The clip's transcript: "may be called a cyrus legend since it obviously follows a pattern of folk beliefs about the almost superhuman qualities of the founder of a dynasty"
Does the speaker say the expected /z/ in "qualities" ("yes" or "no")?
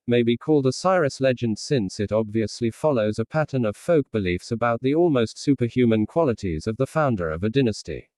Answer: yes